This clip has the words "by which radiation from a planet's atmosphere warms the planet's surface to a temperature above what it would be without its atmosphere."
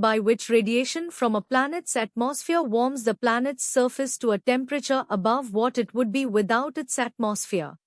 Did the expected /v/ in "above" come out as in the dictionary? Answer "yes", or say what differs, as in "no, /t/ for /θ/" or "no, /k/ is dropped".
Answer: yes